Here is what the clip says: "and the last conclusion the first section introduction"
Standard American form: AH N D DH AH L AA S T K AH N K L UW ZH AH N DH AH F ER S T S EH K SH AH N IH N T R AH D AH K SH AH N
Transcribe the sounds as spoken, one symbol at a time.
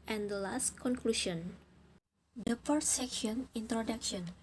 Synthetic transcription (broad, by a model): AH N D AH L AA S T K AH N K L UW SH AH N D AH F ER T S EH K SH AH N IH N T R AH D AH K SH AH N